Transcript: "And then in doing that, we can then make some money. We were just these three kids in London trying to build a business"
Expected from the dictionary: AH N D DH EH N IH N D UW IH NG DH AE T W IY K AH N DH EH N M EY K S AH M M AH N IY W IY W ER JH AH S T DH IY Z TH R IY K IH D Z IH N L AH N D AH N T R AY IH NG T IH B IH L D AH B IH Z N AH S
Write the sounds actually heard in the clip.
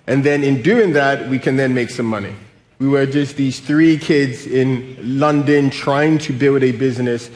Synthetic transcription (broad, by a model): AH N DH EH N IH N D UW IH NG DH AE T W IY K AH N DH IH N M EY K S AH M M AH N IY W IY W ER JH AH S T DH IY Z TH R IY K IH D Z IH N L AH N D AH N T R AY IH NG T IH B IH L D AH B IH Z N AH S